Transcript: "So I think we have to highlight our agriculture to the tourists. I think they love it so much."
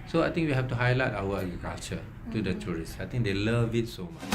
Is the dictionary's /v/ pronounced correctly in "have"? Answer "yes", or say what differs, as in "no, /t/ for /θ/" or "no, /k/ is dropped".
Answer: no, /f/ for /v/